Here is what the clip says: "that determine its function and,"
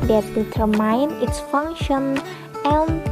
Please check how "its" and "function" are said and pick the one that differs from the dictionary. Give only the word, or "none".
none